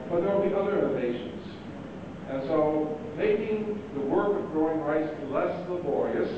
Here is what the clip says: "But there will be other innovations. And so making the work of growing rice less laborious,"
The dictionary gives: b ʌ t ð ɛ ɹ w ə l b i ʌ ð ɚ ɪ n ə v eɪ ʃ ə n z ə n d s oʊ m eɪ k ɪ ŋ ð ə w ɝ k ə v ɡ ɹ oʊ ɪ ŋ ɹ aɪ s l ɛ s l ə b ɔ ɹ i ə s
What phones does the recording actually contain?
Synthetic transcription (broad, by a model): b ʌ t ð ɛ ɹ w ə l b i ʌ ð ɚ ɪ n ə ɪ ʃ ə n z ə n s oʊ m eɪ k ɪ ŋ ð ə w ɝ k ə v ɡ ɹ oʊ ɪ ŋ ɹ aɪ s l ɛ s l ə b ɔ ɹ i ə s